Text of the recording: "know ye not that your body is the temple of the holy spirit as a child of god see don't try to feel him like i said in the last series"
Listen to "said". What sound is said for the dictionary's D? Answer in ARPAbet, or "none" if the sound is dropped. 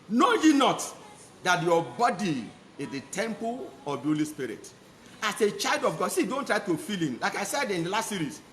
D